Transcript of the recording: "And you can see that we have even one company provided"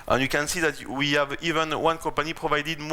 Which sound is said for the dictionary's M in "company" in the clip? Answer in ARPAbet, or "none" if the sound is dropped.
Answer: none